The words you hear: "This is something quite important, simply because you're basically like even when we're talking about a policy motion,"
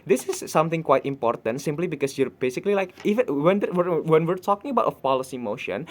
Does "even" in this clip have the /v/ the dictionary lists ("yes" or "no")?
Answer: no